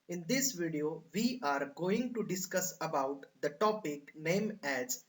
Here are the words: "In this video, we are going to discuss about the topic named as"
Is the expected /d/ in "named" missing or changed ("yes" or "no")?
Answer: yes